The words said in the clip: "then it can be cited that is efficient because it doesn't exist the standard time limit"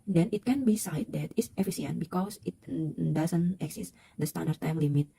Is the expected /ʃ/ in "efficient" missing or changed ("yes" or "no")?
yes